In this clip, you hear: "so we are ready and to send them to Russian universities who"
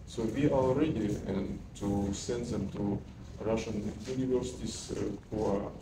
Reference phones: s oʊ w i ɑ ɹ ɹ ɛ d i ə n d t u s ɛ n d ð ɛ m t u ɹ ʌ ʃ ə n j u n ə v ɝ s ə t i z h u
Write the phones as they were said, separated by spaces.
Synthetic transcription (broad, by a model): s oʊ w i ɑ l ɹ ɛ d i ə n t u s ɛ n d ð ɛ m t u ɹ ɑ ʃ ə n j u n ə v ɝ s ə t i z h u